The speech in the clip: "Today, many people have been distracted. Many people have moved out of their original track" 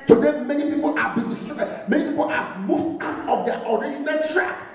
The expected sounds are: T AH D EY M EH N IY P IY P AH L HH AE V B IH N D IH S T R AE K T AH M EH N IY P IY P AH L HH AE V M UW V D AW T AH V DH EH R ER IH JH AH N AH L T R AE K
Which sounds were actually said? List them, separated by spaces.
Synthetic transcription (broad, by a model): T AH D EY M EH N IY P IY P AH L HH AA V B IH N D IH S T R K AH M EH N IY P IY P AH L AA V M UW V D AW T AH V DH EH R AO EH SH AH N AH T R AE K